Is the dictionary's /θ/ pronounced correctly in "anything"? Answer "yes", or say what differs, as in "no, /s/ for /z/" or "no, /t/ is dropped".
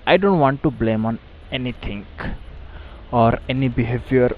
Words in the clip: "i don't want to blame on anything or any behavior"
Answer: no, /t/ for /θ/